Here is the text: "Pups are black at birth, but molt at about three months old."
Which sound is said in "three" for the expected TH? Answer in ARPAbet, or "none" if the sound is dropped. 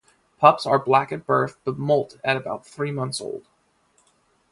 TH